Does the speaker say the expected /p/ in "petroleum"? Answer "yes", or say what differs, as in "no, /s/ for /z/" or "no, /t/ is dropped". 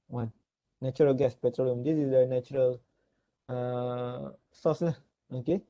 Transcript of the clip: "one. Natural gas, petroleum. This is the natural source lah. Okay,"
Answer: yes